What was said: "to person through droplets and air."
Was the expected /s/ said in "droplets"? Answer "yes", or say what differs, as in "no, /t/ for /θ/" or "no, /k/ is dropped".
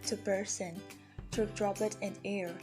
no, /s/ is dropped